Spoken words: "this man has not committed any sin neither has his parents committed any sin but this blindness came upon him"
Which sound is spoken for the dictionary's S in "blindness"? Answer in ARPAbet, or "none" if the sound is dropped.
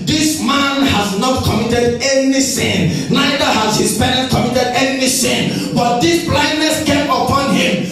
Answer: S